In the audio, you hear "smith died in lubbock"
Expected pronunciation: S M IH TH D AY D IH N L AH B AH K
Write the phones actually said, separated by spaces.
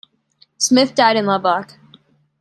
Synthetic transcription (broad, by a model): S M IH TH D AY D IH N L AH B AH K